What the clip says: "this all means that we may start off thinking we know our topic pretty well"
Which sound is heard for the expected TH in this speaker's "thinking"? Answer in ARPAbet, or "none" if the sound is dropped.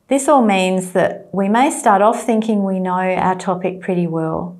TH